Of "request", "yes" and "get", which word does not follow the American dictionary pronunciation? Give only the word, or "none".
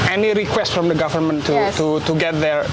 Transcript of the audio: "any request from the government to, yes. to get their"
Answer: yes